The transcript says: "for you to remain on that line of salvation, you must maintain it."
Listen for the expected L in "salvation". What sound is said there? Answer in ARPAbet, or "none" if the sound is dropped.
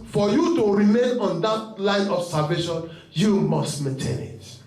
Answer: none